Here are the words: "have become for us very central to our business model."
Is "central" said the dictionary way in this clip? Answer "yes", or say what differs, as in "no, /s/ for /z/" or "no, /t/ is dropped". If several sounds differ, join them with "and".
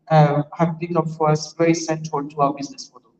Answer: no, /ɹ/ is dropped